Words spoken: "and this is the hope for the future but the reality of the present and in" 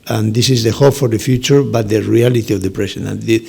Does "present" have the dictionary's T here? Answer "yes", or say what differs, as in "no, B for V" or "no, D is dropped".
no, T is dropped